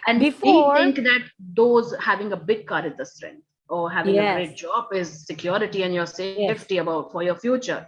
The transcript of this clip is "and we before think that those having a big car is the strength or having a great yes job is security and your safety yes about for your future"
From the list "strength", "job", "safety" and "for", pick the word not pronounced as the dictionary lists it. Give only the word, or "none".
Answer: strength